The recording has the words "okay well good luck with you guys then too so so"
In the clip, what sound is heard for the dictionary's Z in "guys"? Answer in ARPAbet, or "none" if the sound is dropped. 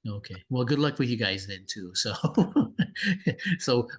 Z